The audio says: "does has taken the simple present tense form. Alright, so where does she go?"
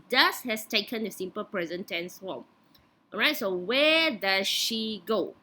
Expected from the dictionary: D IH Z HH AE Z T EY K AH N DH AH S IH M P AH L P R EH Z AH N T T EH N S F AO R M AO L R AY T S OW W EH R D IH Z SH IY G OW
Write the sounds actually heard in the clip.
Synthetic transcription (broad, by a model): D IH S HH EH S T EY K AH N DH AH S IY M P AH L P R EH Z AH N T T EH N S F AO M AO R AY T S OW W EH D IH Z SH IY G OW